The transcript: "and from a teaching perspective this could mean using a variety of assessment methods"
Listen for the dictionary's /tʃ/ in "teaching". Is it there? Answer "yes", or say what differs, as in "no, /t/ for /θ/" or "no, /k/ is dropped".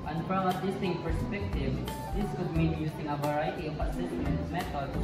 no, /s/ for /tʃ/